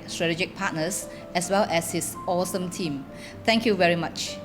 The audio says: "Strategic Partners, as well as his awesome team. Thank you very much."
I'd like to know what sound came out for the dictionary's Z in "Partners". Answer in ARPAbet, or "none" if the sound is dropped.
S